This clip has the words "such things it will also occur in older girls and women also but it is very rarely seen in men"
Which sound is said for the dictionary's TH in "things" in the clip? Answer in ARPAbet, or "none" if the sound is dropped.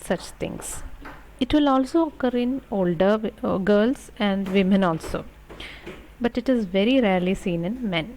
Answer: T